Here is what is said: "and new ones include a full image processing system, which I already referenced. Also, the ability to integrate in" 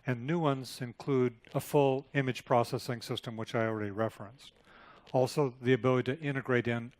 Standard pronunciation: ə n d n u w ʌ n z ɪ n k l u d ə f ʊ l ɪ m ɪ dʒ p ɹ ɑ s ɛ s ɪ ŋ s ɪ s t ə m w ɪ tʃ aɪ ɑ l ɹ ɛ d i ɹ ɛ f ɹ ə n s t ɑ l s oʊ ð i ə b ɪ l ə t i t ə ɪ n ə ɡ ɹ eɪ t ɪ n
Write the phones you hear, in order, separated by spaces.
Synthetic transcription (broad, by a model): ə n n u w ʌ n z ɪ n k l u d ə f ʊ l ɪ m ɪ dʒ p ɹ ɑ s ɛ s ɪ ŋ s ɪ s t ə m w ɪ tʃ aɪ ɑ l ɹ ɛ d i ɹ ɛ f ɹ ə n s t ɑ l s oʊ ð i ə b ɪ l ə t i t ɪ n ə ɡ ɹ eɪ t ɪ n